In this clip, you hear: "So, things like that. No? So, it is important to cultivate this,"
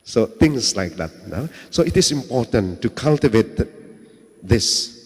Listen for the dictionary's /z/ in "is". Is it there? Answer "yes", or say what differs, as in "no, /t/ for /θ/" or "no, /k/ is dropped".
no, /s/ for /z/